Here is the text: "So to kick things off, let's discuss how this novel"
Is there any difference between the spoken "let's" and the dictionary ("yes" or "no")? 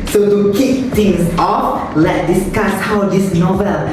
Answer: yes